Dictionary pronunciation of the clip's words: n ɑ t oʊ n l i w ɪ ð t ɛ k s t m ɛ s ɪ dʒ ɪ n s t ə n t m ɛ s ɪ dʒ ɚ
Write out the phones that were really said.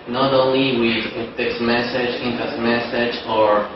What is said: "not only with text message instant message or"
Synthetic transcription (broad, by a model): n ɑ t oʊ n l i w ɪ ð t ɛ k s m ɛ s ɪ dʒ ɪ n t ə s m ɛ s ɪ dʒ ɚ